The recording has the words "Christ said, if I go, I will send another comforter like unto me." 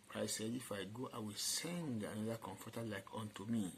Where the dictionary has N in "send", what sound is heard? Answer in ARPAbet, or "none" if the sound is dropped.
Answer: N